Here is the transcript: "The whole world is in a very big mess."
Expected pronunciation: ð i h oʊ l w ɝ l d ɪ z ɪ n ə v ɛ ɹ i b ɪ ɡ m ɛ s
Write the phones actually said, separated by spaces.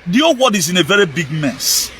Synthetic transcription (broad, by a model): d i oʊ w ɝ d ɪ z ɪ n ə v ɛ ɹ i b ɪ ɡ m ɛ s